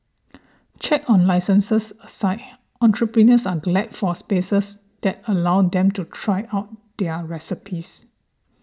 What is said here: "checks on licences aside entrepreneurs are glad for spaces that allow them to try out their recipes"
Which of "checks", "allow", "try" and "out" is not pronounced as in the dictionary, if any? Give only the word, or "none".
checks